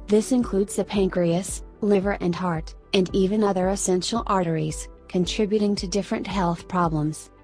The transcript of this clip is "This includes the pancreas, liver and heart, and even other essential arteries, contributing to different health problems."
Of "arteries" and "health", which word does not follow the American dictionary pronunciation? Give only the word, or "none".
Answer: none